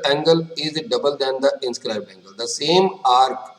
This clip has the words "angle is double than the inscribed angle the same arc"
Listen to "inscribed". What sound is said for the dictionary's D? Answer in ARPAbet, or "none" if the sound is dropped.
none